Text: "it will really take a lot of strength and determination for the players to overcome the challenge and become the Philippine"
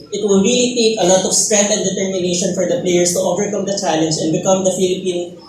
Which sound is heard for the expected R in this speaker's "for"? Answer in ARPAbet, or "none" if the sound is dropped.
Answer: R